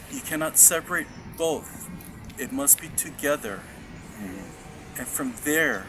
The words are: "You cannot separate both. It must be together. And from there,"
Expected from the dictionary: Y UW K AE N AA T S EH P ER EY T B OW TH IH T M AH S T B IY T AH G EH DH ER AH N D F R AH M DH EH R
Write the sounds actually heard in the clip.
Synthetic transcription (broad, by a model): Y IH K AE N AA T S EH P ER EY T B OW TH IH T M AH S T B IY T AH G EH DH ER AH N F R AH M DH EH R